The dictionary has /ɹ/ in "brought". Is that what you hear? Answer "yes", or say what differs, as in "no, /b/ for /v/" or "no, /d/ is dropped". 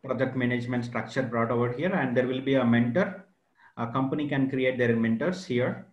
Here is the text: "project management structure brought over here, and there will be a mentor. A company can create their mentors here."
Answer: yes